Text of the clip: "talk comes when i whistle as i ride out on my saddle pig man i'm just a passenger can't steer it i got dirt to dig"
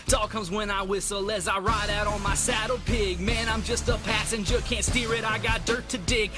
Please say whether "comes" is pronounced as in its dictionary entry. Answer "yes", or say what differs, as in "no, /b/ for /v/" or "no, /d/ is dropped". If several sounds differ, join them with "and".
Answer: yes